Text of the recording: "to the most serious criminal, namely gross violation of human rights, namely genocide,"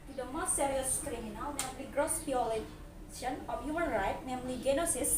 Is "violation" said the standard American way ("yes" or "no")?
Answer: no